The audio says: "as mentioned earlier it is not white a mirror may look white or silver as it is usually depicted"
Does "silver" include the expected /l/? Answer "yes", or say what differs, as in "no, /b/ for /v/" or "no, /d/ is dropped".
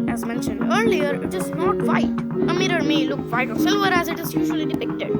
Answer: yes